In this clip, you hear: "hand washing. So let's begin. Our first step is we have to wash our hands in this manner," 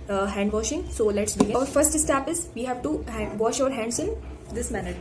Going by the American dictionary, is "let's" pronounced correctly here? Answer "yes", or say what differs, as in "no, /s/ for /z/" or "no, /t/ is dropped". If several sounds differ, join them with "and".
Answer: yes